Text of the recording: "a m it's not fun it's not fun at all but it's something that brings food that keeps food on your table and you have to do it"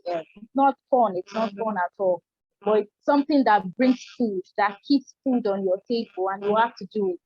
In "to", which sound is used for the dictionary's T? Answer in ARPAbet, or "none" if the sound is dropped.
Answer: T